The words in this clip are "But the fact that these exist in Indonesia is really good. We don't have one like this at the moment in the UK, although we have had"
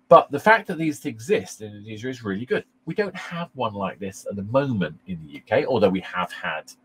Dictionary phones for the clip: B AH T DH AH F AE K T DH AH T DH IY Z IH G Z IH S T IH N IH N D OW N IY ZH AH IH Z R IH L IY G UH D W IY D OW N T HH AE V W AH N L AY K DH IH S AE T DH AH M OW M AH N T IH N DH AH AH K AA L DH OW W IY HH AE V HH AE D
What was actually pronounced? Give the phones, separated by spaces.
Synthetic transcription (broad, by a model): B AH T DH AH F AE K DH AH T DH IY Z IH G Z IH S T IH N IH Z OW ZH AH IH Z R IH L IY G UH D W IY D OW N T HH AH V W AH N L AY K DH IH S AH T DH AH M OW M AH N T IH N DH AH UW K AA L DH OW W IY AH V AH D